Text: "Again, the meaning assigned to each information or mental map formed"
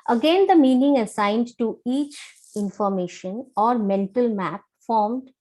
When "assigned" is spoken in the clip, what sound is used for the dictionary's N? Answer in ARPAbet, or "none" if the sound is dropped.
N